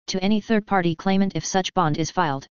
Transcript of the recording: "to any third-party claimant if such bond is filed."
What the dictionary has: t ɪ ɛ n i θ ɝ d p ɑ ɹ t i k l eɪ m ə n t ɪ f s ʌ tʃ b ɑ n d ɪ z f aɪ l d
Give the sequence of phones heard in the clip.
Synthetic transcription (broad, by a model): t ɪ ɛ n i θ ɝ d p ɑ ɹ t i k l eɪ m ə n t ɪ f s ʌ tʃ b ɑ n d ɪ z f aɪ l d